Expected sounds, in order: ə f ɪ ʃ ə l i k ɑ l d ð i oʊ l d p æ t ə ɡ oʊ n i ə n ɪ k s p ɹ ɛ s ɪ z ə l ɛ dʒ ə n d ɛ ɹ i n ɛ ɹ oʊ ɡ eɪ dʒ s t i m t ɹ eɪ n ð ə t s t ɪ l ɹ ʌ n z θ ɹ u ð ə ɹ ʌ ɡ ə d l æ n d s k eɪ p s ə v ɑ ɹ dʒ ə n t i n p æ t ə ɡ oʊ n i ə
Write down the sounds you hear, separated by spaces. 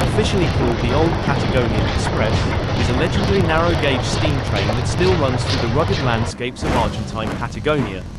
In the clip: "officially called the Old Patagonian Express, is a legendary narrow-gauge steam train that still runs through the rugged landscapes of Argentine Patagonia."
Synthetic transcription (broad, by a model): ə f ɪ ʃ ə l i k ɑ l d ð i oʊ l d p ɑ t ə ɡ oʊ n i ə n ɪ k s p ɹ ɛ s ɪ z ə l ɛ dʒ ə d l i n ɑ ɹ oʊ ɡ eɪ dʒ s t i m t ɹ eɪ n ð ə t s t ɪ l ɹ ʌ n z θ ɹ u ð ə ɹ ʌ ɡ ə d l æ n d s k eɪ p s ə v ɑ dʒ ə n t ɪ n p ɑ t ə ɡ oʊ n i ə